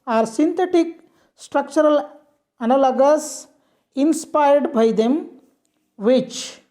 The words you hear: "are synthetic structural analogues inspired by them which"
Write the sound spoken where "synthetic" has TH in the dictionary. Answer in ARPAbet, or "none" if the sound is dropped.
T